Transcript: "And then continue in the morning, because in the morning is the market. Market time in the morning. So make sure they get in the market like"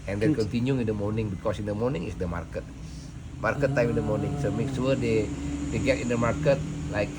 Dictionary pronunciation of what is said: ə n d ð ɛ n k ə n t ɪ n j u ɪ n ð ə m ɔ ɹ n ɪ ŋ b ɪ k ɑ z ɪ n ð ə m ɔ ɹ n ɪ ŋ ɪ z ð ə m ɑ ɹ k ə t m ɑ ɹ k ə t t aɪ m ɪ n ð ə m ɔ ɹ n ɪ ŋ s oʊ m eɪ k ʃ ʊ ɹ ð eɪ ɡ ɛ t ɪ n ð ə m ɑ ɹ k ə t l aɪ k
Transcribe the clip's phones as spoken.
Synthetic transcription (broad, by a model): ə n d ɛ k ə n t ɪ n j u ɪ n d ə m ɔ ɹ n ɪ ŋ b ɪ k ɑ s ɪ n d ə m ɔ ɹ n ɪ ŋ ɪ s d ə m ɑ ɹ k ə t m ɑ ɹ k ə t t aɪ m ɪ n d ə m ɔ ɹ n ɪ ŋ s oʊ m eɪ k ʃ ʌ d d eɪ ɡ ɛ t ɪ n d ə m ɑ ɹ k ə t l aɪ k